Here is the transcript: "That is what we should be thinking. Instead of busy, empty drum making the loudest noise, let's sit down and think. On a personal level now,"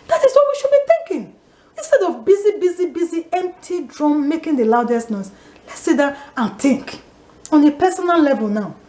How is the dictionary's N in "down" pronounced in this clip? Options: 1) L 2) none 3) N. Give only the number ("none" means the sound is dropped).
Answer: 2